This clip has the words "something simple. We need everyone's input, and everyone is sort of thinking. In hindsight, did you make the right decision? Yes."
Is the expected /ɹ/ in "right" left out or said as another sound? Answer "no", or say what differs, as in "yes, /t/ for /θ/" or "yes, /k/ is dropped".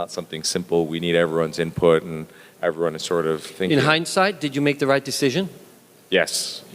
no